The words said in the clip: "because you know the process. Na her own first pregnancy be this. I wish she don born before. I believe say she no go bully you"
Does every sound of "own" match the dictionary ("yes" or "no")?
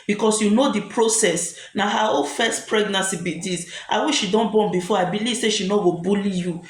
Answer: no